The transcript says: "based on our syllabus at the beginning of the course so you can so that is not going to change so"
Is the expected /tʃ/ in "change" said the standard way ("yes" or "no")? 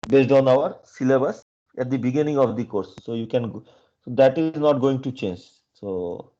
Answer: yes